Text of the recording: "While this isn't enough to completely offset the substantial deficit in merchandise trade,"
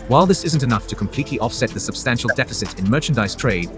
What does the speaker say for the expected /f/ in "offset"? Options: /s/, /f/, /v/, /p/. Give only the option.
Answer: /f/